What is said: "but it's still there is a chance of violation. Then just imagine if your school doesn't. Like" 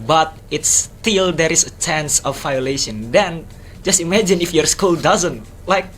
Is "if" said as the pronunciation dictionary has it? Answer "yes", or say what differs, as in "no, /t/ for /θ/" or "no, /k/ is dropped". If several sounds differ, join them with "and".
yes